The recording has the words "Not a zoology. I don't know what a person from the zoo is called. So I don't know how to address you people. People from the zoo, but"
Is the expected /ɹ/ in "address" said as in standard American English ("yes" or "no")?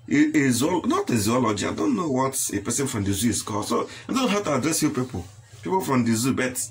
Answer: yes